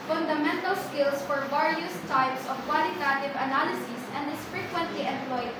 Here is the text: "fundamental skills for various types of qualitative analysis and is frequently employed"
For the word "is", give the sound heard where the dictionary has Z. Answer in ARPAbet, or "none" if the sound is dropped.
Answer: S